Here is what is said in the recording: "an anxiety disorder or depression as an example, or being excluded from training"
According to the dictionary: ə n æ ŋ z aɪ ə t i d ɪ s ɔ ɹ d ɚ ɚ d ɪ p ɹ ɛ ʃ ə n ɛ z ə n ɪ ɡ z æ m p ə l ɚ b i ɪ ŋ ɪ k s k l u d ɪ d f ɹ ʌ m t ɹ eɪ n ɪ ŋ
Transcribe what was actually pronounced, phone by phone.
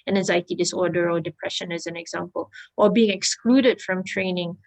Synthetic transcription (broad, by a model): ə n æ z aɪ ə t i d ɪ s ɔ ɹ d ɚ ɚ d ɪ p ɹ ɛ ʃ ə n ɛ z ə n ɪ ɡ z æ m p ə l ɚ b i ɪ ŋ ɪ k s k l u d ɪ d f ɹ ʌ m t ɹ eɪ n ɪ ŋ